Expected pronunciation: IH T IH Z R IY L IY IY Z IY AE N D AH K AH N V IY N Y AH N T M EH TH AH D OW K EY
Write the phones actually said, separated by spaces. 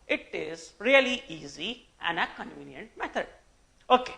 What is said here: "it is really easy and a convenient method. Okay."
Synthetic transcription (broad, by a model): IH T IH Z R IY L IY IY Z IY AE N D AH K AH N V IY N Y AH N T M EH T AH D OW K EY